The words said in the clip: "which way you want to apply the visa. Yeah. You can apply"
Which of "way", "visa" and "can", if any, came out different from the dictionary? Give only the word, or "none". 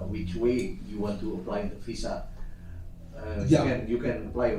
visa